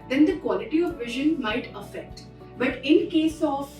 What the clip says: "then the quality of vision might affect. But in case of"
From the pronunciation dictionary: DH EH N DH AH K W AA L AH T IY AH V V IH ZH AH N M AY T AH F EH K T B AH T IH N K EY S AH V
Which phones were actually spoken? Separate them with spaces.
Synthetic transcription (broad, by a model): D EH N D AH K W AA L AH T IY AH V V IH ZH AH N M AY T AH F EH K T B AH T IH N K EY S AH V